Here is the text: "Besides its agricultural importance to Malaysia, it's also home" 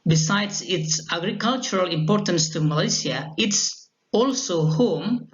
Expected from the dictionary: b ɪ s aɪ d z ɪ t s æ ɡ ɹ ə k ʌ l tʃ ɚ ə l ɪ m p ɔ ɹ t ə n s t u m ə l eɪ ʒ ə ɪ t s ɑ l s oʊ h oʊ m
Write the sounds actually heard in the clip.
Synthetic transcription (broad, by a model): b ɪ s aɪ d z ɪ t s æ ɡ ɹ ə k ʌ l tʃ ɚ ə l ɪ m p ɔ ɹ t ə n s t u m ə l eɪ s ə ɪ t s ɑ l s oʊ h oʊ m